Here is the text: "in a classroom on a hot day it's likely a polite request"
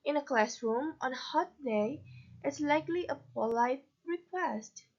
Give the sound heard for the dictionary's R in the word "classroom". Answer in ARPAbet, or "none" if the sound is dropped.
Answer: R